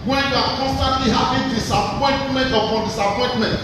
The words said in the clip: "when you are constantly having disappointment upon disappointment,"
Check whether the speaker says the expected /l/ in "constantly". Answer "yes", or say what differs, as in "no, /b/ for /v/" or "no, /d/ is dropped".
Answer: yes